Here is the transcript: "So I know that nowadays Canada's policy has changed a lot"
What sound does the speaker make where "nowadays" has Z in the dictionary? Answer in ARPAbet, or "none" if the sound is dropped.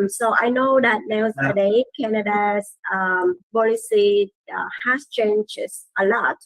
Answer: none